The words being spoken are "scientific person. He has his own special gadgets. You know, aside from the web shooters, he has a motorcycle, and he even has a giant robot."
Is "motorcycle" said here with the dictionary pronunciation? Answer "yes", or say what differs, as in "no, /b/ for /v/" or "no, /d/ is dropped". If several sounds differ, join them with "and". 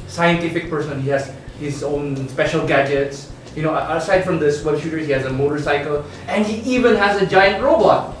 yes